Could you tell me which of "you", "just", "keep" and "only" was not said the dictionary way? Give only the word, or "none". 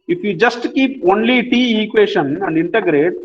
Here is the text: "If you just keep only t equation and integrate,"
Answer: none